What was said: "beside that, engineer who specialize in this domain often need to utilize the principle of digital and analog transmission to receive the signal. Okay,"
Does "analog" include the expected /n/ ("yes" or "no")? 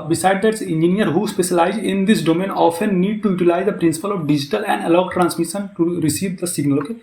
no